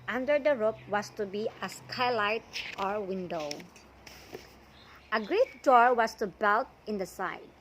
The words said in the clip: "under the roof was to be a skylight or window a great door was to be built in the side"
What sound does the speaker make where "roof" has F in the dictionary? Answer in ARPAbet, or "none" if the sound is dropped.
P